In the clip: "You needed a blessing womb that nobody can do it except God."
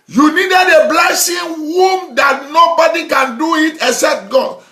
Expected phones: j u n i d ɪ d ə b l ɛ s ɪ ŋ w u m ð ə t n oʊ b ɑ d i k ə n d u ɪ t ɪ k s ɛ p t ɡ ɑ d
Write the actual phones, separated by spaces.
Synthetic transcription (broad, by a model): j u n i d ɪ d ə b l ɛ s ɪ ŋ w u m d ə t n oʊ b ɑ d i k ə n d u ɪ t ɪ k s ɛ p t ɡ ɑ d